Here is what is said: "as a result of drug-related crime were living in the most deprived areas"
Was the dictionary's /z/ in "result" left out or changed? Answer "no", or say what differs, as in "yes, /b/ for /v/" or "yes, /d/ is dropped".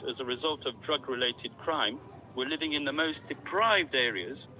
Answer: no